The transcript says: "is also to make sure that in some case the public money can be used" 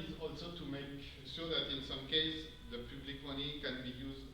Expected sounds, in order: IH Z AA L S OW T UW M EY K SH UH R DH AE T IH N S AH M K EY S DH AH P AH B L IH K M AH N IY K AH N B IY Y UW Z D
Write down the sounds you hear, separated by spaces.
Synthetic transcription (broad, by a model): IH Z AA L S OW T UW M EY K S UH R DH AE T IH N S AH M K EY S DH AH P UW B L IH K M AH N IY K AH N B IY Y UW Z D